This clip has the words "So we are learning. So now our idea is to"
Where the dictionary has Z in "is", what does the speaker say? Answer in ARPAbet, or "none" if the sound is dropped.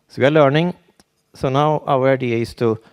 S